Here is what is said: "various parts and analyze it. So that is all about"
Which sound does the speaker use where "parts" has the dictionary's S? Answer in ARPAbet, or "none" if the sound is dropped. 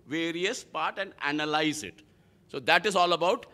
none